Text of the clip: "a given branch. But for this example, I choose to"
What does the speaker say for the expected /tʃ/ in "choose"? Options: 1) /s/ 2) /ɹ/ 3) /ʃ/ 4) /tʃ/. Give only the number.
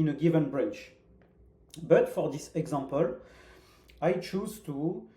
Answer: 4